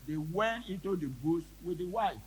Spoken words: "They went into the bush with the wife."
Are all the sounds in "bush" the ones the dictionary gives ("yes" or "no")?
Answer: no